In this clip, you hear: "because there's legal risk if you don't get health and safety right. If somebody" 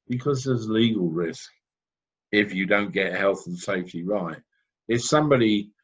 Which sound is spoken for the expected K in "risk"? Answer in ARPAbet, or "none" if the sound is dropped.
K